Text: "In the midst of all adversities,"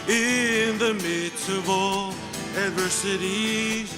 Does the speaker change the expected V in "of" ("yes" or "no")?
no